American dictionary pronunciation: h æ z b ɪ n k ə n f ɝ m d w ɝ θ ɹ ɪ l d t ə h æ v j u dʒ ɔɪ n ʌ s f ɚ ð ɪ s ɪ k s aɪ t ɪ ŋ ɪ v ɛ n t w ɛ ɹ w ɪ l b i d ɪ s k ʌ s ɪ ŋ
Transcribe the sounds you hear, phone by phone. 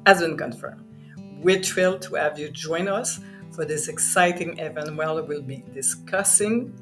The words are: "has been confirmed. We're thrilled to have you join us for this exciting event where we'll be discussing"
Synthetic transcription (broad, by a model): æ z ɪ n k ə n f ɝ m w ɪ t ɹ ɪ l t ə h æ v j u dʒ ɔɪ n ʌ s f ɚ ð ɪ s ɪ k s aɪ t ɪ ŋ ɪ v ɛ n w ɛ l w ɪ l b i d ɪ s k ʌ s ɪ ŋ